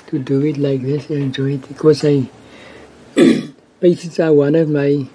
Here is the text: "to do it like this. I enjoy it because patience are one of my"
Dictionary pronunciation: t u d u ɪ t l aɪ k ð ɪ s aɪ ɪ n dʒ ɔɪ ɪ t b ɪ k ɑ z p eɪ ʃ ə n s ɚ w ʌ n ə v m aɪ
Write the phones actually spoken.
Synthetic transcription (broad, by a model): t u d u ɪ t l aɪ k ð ɪ s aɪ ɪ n dʒ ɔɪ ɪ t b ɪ k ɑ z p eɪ s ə s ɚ w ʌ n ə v m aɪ